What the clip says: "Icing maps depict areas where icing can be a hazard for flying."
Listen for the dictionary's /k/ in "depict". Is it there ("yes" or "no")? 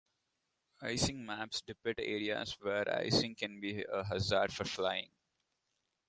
no